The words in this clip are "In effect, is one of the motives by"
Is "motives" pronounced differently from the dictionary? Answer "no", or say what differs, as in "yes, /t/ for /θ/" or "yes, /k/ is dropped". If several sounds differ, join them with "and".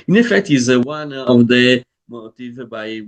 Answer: yes, /z/ is dropped